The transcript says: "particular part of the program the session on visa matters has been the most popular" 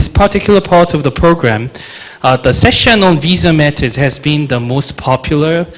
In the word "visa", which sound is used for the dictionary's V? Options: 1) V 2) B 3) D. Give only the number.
1